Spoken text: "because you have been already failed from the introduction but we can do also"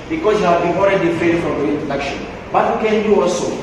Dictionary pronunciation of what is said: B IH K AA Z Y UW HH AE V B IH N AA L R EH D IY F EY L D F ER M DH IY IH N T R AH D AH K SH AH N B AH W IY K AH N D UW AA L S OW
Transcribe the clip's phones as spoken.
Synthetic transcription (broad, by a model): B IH K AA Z Y UW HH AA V B IH N AA L R EH D IY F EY D F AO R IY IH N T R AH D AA K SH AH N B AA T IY K AH N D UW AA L S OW